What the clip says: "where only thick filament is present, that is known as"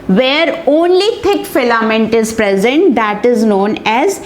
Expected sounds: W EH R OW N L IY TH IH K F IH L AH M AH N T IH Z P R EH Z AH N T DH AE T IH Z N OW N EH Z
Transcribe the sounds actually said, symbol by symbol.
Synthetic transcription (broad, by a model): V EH R OW N L IY T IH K F IH L AH M AH N T IH Z P R EH Z AH N T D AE T IH Z N OW N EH Z